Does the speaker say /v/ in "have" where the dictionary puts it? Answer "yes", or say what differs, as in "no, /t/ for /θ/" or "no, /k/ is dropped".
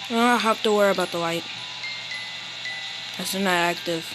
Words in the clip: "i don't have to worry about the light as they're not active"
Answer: no, /f/ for /v/